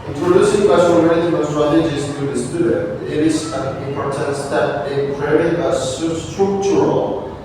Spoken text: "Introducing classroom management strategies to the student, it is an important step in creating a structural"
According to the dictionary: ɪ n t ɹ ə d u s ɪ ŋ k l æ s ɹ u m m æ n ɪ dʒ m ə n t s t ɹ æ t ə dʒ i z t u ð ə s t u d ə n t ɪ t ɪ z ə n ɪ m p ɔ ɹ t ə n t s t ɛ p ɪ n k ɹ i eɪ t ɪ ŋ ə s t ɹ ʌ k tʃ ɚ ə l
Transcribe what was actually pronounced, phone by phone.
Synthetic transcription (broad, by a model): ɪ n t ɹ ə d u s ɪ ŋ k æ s u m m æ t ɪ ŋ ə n s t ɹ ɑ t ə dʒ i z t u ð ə s t u d ə n t ɪ t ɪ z ə n ɪ m p ɔ ɹ t ə n t s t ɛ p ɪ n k i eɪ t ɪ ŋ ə s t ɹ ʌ k tʃ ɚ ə l